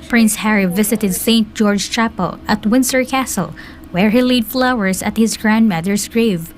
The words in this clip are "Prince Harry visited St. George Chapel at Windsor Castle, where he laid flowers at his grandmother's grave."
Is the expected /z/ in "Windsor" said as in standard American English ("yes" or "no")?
no